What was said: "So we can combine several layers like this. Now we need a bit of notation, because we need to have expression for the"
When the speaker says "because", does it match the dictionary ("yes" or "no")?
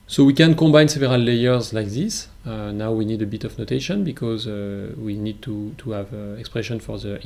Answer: yes